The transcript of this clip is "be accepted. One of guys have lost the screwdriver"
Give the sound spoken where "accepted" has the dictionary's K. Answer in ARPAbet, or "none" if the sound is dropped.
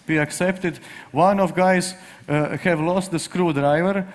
K